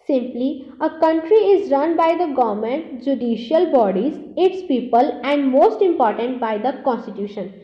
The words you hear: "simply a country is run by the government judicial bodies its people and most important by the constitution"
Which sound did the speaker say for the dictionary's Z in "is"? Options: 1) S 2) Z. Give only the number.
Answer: 2